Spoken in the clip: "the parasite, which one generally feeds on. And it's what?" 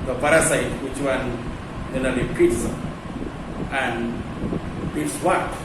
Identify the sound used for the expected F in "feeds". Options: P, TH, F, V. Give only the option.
P